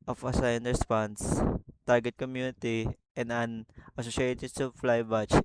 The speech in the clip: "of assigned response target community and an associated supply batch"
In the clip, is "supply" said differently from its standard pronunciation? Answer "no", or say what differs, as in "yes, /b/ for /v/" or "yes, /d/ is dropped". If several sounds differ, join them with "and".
yes, /f/ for /p/